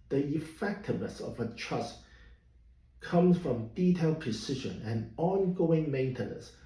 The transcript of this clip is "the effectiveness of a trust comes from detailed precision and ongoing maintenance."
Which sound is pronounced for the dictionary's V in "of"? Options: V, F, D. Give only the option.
V